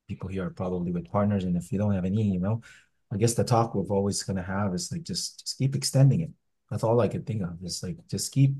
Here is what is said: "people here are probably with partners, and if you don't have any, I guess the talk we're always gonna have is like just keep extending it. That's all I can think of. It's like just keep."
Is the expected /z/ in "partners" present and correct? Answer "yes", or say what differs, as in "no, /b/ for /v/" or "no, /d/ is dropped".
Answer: yes